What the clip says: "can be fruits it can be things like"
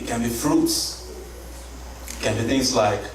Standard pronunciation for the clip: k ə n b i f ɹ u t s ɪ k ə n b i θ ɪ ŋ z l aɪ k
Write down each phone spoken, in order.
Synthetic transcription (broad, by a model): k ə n b i f ɹ u t s k ə n b i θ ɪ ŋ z l aɪ k